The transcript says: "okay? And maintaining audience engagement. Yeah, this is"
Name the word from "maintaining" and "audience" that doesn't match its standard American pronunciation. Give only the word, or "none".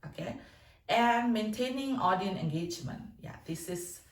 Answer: audience